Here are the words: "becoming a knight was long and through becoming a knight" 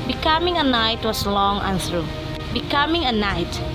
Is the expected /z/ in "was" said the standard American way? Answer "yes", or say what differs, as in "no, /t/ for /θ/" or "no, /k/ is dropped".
no, /s/ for /z/